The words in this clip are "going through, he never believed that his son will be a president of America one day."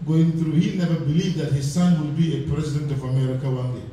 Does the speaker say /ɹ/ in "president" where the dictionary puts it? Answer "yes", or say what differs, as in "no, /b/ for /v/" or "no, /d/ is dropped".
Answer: yes